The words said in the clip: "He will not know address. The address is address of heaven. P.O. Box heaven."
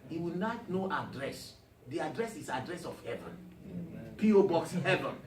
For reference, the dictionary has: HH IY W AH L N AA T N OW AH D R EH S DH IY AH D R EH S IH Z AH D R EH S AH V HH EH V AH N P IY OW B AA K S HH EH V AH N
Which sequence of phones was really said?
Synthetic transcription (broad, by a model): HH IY W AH N AA T N OW AH D R EH S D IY AH D R EH S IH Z AH D R EH S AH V HH EH V AH N P IY OW B AA K S HH EH V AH N